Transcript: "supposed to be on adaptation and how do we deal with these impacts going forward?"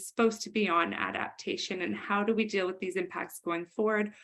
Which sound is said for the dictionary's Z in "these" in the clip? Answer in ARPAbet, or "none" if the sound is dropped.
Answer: Z